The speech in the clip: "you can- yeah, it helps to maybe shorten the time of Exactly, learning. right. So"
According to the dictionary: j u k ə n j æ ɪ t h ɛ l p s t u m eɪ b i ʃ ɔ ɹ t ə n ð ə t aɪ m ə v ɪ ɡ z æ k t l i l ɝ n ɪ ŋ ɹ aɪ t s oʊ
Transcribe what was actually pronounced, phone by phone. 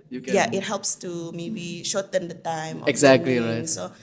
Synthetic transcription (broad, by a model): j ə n ɪ t h ɛ l p s t u m eɪ b i ʃ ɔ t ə n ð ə t aɪ m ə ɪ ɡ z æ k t l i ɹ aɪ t s oʊ